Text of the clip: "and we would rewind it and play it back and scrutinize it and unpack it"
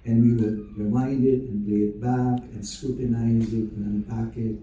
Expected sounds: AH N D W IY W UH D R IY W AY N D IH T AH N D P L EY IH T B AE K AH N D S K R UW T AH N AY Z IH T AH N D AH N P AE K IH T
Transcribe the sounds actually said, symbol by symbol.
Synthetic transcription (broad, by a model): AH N W IY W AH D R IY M AY N D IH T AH N P L EY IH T B AE K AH N S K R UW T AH N AY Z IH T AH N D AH P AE K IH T